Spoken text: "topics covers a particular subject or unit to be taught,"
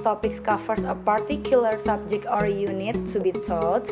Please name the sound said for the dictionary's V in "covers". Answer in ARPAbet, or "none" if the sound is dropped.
F